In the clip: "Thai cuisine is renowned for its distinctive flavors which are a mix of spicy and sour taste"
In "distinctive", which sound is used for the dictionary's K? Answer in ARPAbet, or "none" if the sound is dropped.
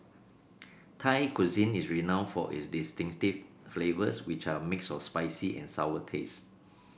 none